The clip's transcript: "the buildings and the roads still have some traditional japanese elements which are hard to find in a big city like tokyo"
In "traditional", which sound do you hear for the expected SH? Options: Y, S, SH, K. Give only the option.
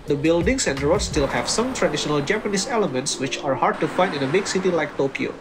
SH